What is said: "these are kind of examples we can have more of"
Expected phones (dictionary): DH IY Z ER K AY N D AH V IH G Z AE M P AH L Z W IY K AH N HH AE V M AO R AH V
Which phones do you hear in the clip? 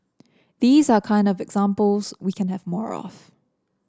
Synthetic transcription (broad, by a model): DH IY Z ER K AY N D AH V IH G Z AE M P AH L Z W IY K AH N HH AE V M AO R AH F